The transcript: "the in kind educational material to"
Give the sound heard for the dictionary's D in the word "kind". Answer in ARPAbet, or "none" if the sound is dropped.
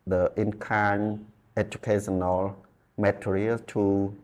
none